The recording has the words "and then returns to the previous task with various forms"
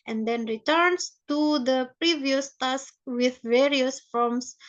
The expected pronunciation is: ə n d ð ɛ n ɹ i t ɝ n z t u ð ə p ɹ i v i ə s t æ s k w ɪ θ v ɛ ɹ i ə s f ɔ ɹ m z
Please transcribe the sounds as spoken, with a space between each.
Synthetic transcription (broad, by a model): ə n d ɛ n ɹ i t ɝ n s t u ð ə p ɹ i v i ə s t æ s k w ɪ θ v ɛ ɹ i ə s f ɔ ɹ m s